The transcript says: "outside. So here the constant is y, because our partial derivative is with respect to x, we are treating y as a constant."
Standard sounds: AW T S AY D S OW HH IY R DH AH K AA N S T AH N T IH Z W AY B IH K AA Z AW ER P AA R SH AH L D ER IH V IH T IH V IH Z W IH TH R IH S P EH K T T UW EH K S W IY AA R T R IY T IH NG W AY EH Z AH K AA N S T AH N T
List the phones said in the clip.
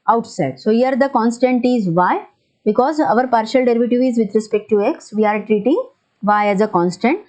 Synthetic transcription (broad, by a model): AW T S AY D S OW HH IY R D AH K AA N S T AH N T IH Z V AY B IH K AA Z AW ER P AA R SH AH L D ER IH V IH T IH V IH Z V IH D R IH S P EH K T T UW EH K S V IY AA R T R IY T IH NG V AY EH Z AH K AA N S T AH N T